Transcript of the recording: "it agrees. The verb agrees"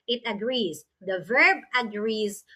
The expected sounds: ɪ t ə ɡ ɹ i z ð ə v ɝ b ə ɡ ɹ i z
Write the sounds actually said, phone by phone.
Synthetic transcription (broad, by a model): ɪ t ə ɡ ɹ i z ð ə v ɝ b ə ɡ ɹ i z